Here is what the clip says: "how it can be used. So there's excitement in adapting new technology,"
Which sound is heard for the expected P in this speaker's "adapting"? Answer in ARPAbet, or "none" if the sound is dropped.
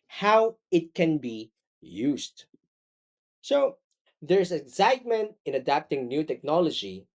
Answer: P